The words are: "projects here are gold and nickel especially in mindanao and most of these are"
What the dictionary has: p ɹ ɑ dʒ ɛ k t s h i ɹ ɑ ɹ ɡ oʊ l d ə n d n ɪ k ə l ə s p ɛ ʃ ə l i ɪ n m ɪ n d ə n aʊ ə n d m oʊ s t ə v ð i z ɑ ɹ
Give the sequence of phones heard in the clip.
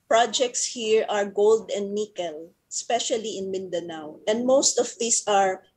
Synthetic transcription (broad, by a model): p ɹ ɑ dʒ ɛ k t s h i ɹ ɑ ɹ ɡ oʊ l d ə n d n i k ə l ə s p ɛ ʃ ə l i ɪ n m ɪ n d ə n aʊ ə n d m oʊ s t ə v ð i s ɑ ɹ